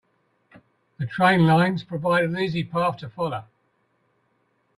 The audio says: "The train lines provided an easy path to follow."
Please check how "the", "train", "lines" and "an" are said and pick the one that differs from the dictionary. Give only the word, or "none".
an